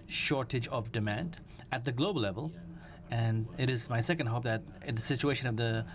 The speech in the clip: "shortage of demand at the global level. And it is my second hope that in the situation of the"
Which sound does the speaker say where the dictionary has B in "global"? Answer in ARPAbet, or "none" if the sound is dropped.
none